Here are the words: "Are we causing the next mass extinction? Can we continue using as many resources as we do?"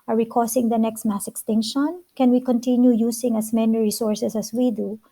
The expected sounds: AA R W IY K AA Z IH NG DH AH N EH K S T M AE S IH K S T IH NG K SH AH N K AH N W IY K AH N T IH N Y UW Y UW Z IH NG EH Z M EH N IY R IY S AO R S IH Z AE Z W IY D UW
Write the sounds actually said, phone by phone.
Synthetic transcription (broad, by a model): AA R W IY K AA S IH NG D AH N EH K S T M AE S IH K S T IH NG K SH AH N K AH N W IY K AH N T IH N Y UW Y UW S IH NG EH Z M EH N IY R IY S AO R S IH S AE S W IY D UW